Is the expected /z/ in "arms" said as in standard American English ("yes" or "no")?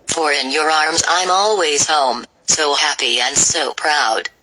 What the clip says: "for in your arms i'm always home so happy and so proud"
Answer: yes